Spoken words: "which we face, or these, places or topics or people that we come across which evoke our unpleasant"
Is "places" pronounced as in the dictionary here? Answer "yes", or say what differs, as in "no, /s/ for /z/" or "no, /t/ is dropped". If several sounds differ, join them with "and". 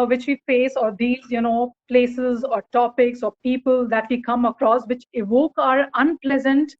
yes